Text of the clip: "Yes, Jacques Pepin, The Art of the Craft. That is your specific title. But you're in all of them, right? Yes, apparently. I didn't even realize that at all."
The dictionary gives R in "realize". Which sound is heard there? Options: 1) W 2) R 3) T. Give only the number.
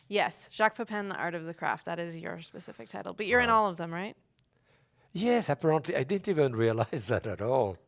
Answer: 2